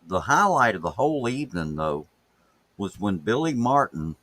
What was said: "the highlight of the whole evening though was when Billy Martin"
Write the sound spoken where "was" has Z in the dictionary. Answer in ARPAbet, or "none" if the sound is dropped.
Z